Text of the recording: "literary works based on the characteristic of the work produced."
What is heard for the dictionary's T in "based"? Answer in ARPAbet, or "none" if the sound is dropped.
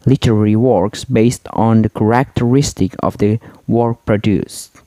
T